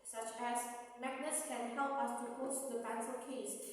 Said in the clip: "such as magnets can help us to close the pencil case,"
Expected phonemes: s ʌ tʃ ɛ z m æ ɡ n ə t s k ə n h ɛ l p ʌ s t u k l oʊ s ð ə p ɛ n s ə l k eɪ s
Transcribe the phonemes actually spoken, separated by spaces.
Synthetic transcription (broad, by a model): s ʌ tʃ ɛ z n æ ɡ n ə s k ə n h ɛ l p ʌ s t u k oʊ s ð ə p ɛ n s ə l k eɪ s